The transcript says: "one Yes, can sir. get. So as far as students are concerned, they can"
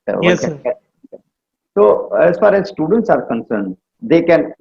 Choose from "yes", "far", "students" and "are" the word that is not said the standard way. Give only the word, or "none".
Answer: yes